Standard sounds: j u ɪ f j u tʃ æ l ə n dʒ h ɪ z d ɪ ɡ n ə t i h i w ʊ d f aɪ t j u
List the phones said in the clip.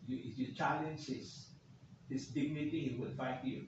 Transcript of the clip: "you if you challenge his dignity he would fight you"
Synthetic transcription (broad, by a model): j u ɪ f j u tʃ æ l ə n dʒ h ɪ s d ɪ ɡ n ə t i h i w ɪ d f aɪ t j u